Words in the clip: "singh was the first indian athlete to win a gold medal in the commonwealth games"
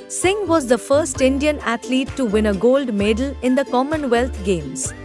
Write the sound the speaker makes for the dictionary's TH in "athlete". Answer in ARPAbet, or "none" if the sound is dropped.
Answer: T